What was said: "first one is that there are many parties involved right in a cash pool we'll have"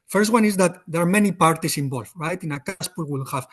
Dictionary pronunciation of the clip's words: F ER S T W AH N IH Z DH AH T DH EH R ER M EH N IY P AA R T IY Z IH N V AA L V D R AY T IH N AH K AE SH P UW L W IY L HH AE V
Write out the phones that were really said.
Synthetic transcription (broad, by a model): F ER S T W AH N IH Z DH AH T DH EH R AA M EH N IY P AA R T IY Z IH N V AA L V R AY T IH N AH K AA S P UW W IY L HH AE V